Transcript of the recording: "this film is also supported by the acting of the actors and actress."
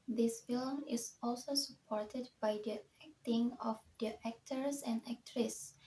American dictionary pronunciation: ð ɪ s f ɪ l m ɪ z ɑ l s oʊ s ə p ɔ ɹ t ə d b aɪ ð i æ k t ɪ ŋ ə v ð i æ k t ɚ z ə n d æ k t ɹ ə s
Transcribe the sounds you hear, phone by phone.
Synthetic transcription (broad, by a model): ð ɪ s f ɪ l m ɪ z ɑ l s oʊ s ə p ɔ ɹ t ə d b aɪ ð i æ k t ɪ ŋ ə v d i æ k t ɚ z ə n d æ k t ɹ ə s